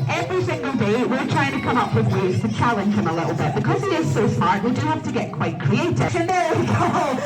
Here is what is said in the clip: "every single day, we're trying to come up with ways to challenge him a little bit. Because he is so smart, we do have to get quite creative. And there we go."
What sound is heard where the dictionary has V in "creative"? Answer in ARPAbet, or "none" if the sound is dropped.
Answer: none